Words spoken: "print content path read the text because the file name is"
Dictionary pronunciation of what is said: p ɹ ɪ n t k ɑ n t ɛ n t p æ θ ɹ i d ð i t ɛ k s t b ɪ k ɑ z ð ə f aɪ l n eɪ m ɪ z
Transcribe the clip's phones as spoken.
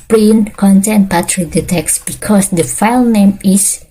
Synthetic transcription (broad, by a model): p ɹ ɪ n k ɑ n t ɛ n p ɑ t ɹ i d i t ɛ k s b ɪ k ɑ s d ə f aɪ l n eɪ m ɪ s